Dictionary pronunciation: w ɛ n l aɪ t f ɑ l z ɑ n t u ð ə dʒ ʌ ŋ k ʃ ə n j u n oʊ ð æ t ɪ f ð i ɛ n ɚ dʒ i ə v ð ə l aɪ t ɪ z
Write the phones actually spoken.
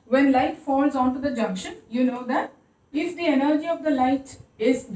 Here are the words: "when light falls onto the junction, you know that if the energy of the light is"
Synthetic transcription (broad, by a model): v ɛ n l aɪ t f ɑ l z ɑ n t u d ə dʒ ʌ ŋ k ʃ ə n j u n oʊ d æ t ɪ f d i ɛ n ɚ dʒ i ə v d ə l aɪ t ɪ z